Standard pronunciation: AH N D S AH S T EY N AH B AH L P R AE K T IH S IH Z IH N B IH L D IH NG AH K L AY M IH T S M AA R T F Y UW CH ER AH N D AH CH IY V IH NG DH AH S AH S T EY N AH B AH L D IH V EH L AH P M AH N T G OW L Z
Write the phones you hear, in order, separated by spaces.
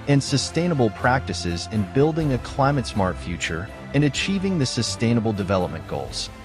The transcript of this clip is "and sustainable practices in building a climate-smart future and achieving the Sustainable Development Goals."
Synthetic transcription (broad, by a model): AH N S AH S T EY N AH B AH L P R AE K T IH S IH Z IH N B IH L D IH NG AH K L AY M IH T S M AA R T F Y UW CH ER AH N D AH CH IY V IH NG DH AH S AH S T EY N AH B L D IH V EH L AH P M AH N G OW L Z